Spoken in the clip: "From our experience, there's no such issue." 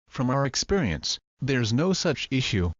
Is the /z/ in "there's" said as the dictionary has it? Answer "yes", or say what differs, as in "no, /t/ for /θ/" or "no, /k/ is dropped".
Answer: yes